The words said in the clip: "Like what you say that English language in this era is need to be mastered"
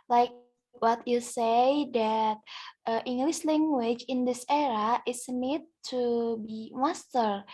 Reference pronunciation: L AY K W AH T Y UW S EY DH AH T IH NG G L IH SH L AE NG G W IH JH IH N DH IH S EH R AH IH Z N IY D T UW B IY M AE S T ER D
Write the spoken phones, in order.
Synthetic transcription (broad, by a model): L AY K W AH T Y UW S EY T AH T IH NG G L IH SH L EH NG G W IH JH IH N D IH S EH R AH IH S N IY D T UW B IY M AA S T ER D